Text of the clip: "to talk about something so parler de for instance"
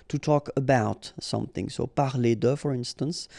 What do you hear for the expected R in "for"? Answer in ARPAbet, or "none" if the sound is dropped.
R